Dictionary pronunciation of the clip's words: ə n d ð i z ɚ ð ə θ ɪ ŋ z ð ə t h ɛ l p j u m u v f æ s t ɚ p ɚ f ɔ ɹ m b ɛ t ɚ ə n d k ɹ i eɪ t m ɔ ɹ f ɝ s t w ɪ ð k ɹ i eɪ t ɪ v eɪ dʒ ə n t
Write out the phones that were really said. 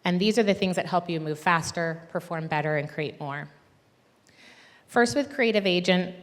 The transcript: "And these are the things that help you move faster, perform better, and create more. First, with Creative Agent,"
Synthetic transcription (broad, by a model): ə n ð i z ɚ ð ə θ ɪ ŋ z ð ə t h ɛ l p j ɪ m u v f æ s t ɚ p ɚ f ɔ ɹ m b ɛ t ɚ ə n k ɹ i eɪ t m ɔ ɹ f ɝ s t w ɪ ð k ɹ i eɪ t ɪ v eɪ dʒ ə n t